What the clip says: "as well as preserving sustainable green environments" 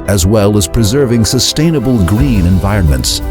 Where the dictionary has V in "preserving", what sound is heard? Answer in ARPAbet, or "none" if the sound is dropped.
V